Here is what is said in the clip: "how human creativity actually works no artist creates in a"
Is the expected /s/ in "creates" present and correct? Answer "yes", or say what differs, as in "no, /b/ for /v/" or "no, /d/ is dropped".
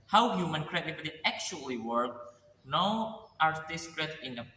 no, /s/ is dropped